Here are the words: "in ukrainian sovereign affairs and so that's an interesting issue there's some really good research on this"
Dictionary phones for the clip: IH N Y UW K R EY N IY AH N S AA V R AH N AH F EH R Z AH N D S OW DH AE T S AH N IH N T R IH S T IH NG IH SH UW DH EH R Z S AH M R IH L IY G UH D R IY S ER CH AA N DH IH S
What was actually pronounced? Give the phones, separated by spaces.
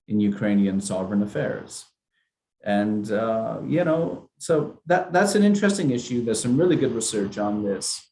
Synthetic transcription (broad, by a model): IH N Y UW K R EY N IY AH N S AA V R AH N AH F EH R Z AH N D S OW DH AE T S AH N IH N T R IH S T IH NG IH SH UW DH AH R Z S AH M R IH L IY G UH D R IY S ER CH N DH IH S